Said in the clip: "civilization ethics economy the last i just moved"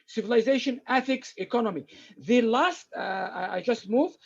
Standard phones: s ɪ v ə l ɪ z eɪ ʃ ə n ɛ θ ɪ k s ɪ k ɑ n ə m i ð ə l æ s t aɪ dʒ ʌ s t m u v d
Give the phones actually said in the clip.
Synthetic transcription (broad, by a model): s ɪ v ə l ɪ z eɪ ʃ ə n ɛ θ ɪ k s ɪ k ɑ n ə m i ð ə l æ s t aɪ dʒ ʌ s t m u v